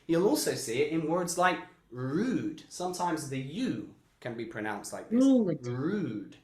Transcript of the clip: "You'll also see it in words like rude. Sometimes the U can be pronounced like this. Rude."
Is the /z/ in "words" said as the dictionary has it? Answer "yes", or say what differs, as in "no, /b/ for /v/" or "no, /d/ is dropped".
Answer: yes